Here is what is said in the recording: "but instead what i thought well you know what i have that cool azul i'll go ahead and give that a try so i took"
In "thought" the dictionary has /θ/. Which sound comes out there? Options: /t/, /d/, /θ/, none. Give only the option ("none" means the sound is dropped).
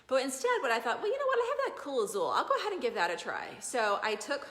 /θ/